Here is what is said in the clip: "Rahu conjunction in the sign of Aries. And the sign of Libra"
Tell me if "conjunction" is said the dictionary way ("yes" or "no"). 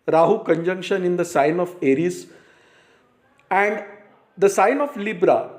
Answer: yes